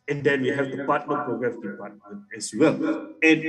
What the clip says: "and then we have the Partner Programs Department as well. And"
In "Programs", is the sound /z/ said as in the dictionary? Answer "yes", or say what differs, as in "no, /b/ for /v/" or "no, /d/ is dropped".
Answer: no, /z/ is dropped